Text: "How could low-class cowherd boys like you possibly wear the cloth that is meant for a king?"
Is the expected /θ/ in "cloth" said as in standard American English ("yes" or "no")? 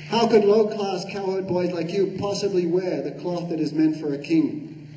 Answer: yes